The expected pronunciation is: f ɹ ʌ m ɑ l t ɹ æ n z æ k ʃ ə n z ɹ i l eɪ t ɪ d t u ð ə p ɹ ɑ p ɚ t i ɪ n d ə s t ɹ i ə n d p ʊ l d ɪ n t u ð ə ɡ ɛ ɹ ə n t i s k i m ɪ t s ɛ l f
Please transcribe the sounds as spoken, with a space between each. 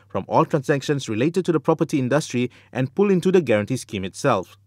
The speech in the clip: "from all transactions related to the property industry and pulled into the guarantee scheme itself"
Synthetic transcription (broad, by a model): f ɹ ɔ m ɑ l t ɹ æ n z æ k ʃ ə n s ɹ i l eɪ t ɪ d t u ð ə p ɹ ɑ p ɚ t i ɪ n d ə s t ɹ i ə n p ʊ l ɪ n t u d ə ɡ ɛ ɹ ə n t i s k i m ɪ t s ɛ l f